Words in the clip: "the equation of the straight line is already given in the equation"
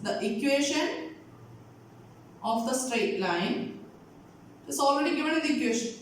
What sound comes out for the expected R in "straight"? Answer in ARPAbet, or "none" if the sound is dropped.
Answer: R